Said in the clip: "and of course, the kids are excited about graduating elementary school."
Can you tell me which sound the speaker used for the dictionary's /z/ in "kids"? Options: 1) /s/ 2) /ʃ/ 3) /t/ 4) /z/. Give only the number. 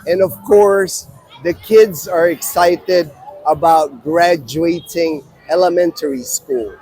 4